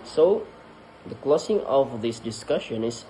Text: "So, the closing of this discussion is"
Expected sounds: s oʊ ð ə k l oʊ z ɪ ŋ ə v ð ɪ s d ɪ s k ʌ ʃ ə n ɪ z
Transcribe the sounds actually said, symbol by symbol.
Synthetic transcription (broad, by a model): s oʊ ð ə k l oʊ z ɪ ŋ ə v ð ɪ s d ɪ s k ʌ ʃ ə n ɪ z